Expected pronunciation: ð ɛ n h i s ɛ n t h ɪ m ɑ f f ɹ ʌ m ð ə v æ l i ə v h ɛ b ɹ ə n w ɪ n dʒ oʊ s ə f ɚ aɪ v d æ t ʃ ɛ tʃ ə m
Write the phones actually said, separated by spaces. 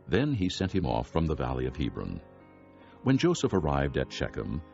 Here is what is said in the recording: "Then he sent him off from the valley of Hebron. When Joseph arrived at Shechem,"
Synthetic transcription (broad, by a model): ð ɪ n i s ɛ n t h ɪ m ɑ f f ɹ ʌ m ð ə v æ l i ə v h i b ɹ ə n w ɪ n dʒ oʊ s ə f ɚ aɪ v d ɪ t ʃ ɛ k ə m